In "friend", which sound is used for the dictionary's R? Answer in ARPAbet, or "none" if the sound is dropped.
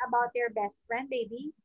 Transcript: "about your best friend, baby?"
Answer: R